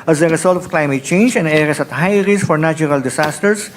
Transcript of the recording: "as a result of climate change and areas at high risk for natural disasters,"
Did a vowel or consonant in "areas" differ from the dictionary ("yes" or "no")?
yes